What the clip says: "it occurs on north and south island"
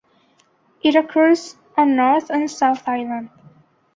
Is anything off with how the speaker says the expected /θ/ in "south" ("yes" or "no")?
no